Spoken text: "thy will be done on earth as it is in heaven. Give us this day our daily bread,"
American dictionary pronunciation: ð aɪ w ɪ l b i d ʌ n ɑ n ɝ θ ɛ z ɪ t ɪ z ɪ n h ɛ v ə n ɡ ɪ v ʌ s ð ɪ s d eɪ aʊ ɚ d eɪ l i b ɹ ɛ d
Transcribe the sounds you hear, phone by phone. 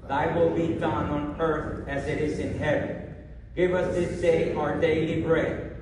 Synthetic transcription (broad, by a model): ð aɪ w ɪ l b i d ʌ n ɑ n ɝ θ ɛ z ɪ t ɪ z ɪ n h ɛ v ə n ɡ ɪ v ʌ s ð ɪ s d eɪ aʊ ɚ d eɪ l i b ɹ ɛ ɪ